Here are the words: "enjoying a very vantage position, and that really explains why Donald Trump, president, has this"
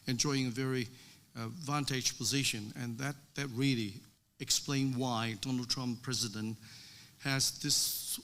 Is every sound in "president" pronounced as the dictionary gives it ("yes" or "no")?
yes